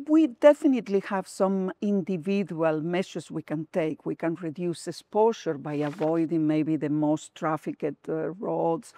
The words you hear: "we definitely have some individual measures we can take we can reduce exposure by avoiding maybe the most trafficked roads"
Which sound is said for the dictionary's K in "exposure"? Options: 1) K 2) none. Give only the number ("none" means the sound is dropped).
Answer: 2